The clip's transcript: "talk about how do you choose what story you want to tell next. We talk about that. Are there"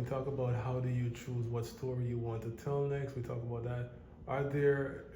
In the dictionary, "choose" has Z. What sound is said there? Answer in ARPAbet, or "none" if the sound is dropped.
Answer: Z